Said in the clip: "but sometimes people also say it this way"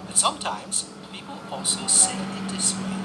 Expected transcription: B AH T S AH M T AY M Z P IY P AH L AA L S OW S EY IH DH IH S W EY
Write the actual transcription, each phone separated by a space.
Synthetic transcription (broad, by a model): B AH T S AH M T AY M Z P IY P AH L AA S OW S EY IH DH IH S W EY